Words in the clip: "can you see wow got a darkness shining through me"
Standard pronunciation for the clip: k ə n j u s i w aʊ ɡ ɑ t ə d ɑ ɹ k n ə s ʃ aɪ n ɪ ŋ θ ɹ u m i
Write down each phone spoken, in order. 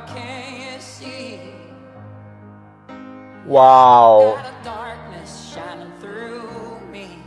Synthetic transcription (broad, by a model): k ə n j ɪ s i w aʊ ə d ɑ ɹ k n ə s ʃ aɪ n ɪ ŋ θ ɹ u m i